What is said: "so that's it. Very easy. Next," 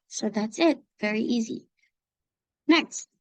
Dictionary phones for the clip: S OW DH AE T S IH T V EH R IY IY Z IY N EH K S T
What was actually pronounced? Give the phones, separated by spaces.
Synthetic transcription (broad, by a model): S OW DH AE T S IH T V EH R IY IY Z IY N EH K S T